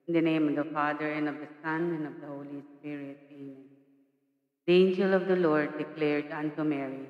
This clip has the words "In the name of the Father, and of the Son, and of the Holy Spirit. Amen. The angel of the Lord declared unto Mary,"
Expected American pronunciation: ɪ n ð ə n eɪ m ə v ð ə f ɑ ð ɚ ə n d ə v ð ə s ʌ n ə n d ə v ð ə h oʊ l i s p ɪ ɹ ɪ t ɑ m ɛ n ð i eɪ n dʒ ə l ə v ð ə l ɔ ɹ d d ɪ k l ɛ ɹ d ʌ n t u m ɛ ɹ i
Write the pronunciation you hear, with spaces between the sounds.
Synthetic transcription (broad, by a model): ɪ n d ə n eɪ m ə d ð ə f ɑ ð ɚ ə n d ə v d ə s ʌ n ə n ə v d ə h oʊ l i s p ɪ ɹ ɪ ɑ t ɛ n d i eɪ n dʒ ə l ə v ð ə l ɔ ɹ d d ɪ k l ɛ ɹ d ʌ n t u m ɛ ɹ i